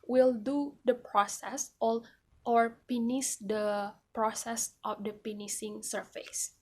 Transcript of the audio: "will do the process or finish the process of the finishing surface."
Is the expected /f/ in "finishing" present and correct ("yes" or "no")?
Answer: no